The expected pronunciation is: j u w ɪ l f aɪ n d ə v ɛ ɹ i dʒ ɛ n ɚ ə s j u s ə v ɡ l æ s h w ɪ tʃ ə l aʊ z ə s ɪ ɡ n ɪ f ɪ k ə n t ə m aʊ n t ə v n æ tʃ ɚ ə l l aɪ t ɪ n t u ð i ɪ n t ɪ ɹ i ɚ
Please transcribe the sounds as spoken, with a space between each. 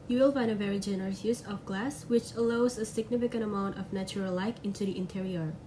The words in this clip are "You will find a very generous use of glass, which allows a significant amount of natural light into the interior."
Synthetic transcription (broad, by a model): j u w ɪ l f aɪ n d ə v ɛ ɹ i dʒ ɛ n ɚ ə s j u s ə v ɡ l æ s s w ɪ tʃ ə l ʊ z ə s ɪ ɡ n ɪ f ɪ k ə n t ə m aʊ n t ə v n æ tʃ ɚ ə l l aɪ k ɪ n t u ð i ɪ n t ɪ ɹ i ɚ